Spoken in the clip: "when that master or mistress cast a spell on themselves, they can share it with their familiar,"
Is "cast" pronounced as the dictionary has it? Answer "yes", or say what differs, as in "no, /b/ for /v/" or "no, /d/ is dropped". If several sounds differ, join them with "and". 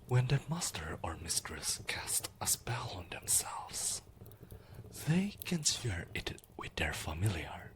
yes